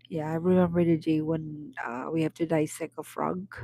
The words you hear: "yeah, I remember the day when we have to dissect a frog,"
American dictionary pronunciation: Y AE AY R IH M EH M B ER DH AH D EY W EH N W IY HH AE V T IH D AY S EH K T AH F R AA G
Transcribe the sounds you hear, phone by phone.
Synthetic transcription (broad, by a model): Y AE AY R IH M EH M B ER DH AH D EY W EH N W IY HH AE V T IH D AY S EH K AH F R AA G